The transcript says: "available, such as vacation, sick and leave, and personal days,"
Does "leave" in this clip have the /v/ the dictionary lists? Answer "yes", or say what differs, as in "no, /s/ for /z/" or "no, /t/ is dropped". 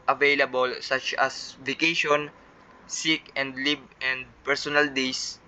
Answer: no, /b/ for /v/